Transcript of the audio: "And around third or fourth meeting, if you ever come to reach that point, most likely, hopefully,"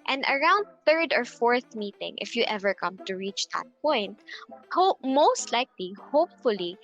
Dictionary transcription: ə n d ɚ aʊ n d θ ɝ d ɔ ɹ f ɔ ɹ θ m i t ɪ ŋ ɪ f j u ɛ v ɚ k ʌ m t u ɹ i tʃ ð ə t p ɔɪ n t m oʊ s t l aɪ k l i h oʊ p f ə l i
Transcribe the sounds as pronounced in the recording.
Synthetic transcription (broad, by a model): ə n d ɚ aʊ n d θ ɝ d ɔ ɹ f ɔ ɹ θ m i t ɪ ŋ ɪ f j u ɛ v ɚ k ʌ m t u ɹ i tʃ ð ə t p ɔɪ n t m oʊ s t l aɪ k l i h oʊ p f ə l i